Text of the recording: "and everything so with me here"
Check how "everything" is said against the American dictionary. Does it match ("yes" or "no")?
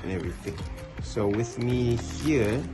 yes